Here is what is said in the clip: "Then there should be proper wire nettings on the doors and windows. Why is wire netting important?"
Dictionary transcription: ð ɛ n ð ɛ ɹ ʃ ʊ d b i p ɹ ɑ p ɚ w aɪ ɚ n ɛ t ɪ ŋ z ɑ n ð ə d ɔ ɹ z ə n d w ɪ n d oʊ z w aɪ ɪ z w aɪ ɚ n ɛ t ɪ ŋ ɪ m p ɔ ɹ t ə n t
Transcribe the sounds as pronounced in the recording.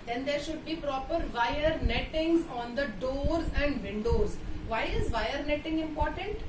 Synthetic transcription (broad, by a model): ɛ n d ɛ ɹ ʃ ʊ d b i p ɹ ɑ p ɚ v aɪ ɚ n ɛ t ɪ ŋ z ɑ n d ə d ɔ ɹ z ə n d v ɪ n d oʊ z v aɪ ɪ z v aɪ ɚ n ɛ t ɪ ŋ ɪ m p ɔ ɹ t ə n t